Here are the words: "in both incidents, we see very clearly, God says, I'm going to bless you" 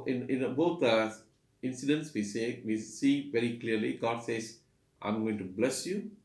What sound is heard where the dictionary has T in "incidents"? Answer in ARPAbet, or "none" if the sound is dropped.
S